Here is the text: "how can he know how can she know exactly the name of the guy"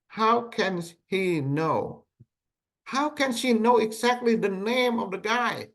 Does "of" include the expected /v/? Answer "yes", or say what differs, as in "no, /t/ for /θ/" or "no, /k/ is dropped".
yes